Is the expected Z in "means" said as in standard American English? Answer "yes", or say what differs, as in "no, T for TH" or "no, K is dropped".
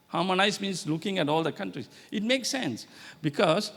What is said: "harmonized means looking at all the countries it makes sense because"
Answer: no, S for Z